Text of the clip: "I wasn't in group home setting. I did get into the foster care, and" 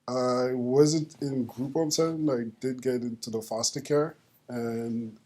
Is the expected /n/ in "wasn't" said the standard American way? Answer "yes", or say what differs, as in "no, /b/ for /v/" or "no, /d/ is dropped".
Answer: yes